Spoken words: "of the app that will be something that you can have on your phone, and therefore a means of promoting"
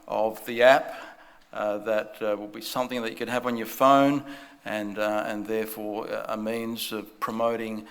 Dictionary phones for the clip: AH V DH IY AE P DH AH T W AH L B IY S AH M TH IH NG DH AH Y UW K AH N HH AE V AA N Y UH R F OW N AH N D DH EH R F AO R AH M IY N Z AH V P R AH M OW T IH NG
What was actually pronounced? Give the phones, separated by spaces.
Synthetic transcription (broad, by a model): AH V DH IY AE P DH AH T W AH L B IY S AH M TH IH NG DH AH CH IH K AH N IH V N Y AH R F OW N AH N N DH EH R F AO R AH M IY N Z AH V P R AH M OW T IH NG